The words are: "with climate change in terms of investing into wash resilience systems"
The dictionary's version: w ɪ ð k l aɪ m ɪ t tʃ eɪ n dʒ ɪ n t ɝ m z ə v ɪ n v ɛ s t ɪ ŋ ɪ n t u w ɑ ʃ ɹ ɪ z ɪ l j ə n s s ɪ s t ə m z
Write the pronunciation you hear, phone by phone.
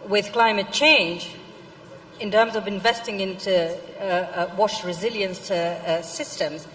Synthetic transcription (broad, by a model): w ɪ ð k l aɪ m ɪ t tʃ eɪ n dʒ ɪ n t ɝ m z ə v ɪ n v ɛ s t ɪ ŋ ɪ n t u w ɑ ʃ ɹ ɪ z ɪ l j ə n s s ɪ s t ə m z